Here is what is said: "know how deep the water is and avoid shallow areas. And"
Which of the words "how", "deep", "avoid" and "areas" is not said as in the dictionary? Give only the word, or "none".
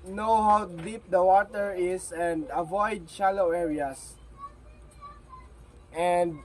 areas